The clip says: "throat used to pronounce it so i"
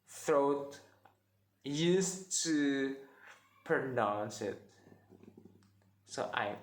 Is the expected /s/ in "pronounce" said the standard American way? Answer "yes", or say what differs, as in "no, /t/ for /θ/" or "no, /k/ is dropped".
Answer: yes